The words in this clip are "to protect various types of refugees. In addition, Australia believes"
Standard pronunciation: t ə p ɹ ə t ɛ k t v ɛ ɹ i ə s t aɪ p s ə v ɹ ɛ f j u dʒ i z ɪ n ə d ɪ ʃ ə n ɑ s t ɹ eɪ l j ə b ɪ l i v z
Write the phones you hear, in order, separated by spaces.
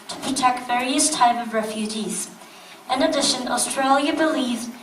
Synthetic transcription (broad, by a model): t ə p ɹ ə t ɛ k t v ɛ ɹ i ə s t aɪ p ə v ɹ ɛ f j u dʒ i z ɪ n ə d ɪ ʃ ə n ɑ s t ɹ eɪ l j ə b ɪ l i v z